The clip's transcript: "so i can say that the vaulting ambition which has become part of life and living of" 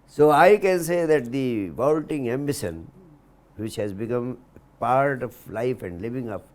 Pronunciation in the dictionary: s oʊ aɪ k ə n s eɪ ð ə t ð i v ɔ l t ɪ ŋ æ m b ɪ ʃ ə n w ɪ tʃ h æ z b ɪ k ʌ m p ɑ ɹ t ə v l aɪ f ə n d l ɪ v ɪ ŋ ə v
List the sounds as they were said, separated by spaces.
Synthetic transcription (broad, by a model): s oʊ aɪ k ə n s eɪ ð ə t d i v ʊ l t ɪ ŋ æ m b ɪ s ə n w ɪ tʃ h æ z b ɪ k ʌ m p ɑ ɹ t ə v l aɪ f ə n d l ɪ v ɪ ŋ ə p